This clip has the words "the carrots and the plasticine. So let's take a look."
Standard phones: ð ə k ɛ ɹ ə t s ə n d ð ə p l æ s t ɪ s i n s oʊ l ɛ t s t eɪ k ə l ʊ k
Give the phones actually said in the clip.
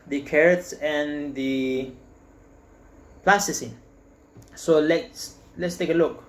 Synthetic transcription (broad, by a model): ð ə k ɛ ɹ ə t s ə n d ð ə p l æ s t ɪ s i s oʊ l ɛ t s t eɪ k ə l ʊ k